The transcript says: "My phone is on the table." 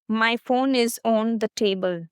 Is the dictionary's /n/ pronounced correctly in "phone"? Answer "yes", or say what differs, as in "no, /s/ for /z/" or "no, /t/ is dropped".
yes